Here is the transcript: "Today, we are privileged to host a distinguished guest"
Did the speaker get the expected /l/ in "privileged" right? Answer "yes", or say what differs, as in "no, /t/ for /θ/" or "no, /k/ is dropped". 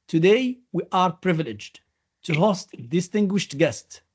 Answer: yes